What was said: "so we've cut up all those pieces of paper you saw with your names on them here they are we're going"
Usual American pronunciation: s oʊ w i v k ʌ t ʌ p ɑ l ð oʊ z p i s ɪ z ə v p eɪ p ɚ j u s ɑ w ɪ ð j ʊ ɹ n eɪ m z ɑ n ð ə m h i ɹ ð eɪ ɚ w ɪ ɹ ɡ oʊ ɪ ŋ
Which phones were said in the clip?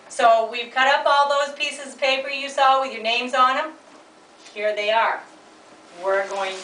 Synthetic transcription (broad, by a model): s oʊ w i v k ʌ t ʌ p ɑ l ð oʊ z p i s ɪ z ə v p eɪ p ɚ j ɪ s ɑ w ɪ ð j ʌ ɹ n eɪ m z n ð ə m h i ɹ ð eɪ ɚ w ɪ ɹ ɡ oʊ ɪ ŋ